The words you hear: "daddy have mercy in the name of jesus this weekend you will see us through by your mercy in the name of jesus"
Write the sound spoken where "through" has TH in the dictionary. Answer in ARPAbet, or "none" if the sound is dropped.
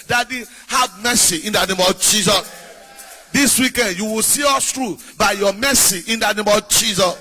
T